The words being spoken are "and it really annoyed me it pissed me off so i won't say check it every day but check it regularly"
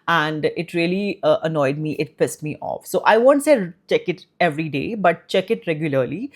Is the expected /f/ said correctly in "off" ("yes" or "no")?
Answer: yes